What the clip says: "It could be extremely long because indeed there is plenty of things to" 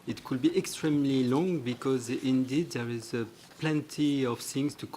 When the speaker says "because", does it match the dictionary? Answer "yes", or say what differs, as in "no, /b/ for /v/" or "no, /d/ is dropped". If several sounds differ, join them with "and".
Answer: yes